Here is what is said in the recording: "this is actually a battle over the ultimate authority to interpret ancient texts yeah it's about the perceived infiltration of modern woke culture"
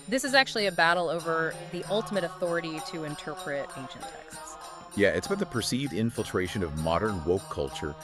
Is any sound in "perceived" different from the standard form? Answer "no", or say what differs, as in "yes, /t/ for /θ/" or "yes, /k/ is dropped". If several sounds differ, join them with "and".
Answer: no